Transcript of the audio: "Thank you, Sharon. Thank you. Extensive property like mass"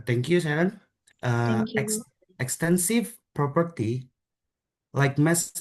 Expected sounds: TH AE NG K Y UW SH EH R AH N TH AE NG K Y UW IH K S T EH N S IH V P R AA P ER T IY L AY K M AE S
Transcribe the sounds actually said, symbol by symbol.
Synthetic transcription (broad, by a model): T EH NG K Y UW S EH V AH N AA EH K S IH K S T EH N S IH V P R AA P ER T IY L AY K M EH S